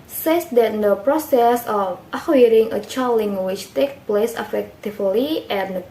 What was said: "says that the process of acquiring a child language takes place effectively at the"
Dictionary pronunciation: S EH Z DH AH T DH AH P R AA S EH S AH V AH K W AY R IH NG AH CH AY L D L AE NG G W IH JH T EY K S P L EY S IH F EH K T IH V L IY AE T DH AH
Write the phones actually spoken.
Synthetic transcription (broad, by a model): S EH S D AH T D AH P R AA S EH S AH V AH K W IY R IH NG AH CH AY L L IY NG W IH CH T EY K P L EY S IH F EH K T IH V L IY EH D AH